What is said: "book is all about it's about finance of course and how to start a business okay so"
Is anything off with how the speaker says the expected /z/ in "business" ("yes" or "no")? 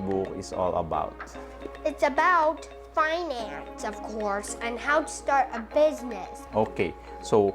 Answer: no